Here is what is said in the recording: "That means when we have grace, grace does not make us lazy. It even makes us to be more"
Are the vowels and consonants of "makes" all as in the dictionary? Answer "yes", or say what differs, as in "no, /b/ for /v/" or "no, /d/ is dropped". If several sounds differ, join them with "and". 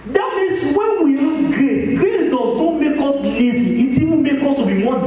no, /s/ is dropped